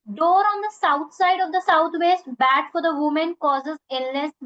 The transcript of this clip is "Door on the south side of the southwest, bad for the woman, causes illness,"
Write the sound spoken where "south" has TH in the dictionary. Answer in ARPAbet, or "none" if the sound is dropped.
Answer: T